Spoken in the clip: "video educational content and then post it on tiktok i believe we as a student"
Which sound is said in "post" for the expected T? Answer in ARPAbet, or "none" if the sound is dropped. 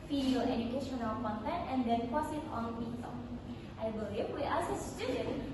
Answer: none